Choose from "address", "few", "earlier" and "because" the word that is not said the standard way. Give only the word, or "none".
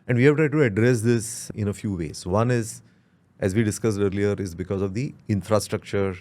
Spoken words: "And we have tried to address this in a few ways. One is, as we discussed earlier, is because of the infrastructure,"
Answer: none